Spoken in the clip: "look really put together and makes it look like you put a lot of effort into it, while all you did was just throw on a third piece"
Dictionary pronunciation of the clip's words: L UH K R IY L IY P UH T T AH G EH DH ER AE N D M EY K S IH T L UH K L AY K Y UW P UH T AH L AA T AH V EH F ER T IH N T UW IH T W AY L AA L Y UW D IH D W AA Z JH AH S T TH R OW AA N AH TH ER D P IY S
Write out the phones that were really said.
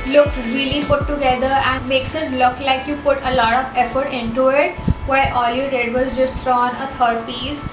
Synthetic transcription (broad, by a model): L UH K R IY L IY P UH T T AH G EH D ER AE N D M EY K S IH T L UH K L AY K Y UW P UH T AH L AA T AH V EH F ER T IH N T UW IH T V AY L AA L Y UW D IH D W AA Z JH AH S T T R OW AA N AH T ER D P IY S